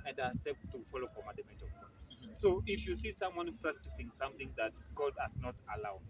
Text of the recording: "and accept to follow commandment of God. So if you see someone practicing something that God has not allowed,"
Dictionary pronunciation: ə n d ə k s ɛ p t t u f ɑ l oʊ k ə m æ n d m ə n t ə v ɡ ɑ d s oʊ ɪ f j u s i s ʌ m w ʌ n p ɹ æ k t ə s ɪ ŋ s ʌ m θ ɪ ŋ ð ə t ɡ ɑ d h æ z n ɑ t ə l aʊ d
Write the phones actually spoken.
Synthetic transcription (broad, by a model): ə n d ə s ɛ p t t u f ɑ l oʊ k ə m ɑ d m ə t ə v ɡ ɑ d s oʊ ɪ f j u s i s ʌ m w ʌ n p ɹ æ k t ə s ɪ ŋ s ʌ m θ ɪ ŋ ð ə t ɡ ɑ d h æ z n ɑ t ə l aʊ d